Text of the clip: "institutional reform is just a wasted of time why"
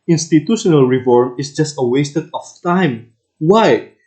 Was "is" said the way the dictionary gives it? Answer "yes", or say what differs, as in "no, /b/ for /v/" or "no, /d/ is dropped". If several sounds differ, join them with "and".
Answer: no, /s/ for /z/